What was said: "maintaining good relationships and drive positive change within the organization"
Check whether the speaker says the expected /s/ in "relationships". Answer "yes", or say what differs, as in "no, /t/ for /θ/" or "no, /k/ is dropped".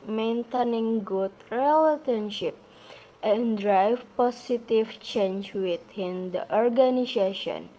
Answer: no, /s/ is dropped